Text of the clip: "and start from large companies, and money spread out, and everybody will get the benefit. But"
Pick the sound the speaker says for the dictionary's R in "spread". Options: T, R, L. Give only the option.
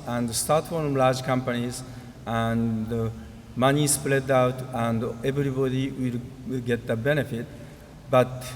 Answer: L